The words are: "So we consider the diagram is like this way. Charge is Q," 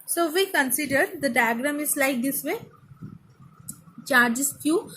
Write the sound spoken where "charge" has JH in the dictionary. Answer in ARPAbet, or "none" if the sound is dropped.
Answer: JH